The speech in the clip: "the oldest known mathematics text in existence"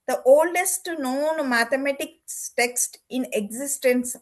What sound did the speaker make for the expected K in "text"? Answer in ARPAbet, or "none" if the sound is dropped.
K